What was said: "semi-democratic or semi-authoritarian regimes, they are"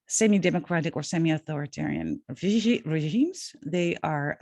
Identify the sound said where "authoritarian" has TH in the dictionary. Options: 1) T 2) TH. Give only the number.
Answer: 2